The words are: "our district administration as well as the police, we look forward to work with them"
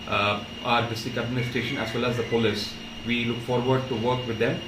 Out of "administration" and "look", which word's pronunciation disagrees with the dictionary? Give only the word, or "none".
administration